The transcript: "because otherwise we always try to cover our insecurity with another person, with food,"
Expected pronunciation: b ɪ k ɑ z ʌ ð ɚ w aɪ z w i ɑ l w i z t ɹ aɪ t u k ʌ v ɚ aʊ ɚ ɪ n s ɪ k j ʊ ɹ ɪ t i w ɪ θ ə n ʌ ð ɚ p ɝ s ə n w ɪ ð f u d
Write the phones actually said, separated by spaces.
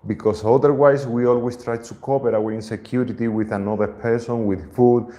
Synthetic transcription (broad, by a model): b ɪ k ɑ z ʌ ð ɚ w aɪ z w i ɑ l w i s t ɹ aɪ t u k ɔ p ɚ aʊ ɚ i n s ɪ k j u ɹ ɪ t i w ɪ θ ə n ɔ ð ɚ p ɝ s ə n w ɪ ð f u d